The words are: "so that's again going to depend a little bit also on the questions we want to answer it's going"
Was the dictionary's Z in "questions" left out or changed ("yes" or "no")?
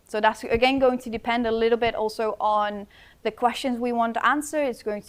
no